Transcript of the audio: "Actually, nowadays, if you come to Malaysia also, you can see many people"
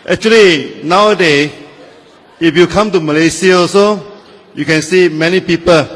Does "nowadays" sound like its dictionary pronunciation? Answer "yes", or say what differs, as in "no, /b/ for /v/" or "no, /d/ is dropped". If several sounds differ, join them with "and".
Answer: no, /z/ is dropped